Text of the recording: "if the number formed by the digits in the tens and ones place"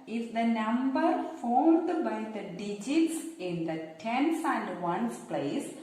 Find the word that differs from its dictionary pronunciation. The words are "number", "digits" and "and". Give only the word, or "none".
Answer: none